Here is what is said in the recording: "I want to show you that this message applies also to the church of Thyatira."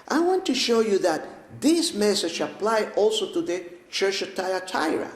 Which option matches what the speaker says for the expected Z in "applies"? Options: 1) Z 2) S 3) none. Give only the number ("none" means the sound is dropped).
3